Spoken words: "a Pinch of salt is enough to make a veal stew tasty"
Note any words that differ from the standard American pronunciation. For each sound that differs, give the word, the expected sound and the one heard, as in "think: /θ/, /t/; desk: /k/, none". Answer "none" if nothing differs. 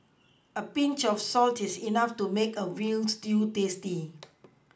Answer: of: /v/, /f/; is: /z/, /s/; veal: /v/, /w/